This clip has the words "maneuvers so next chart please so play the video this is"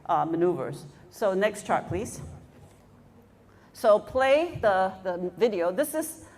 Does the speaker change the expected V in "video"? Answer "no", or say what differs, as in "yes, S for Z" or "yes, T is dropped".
no